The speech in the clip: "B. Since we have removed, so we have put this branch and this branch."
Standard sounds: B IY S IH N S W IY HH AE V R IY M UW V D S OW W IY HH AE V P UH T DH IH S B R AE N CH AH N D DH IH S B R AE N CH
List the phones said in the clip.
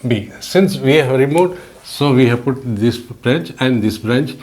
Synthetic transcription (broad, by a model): B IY S IH N S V IY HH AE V R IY M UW D S OW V IY HH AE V P UH T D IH S B R AE N CH AH N D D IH S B R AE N CH